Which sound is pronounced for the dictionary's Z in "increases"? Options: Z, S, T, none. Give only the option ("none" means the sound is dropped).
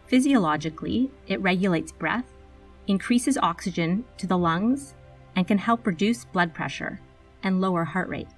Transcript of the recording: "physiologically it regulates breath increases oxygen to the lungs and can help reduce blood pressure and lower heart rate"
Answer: Z